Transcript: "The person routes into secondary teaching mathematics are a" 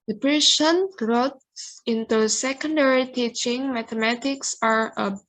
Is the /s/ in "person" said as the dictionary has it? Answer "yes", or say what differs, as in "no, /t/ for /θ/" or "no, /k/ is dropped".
no, /ʃ/ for /s/